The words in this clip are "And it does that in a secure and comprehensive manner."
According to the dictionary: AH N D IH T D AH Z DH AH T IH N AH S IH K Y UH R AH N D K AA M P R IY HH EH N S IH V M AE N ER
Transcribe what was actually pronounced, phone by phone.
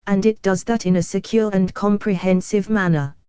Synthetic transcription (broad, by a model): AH N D IH T D AH Z DH AH T IH N AH S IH K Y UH R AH N K AA M P R IY HH EH N S IH V M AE N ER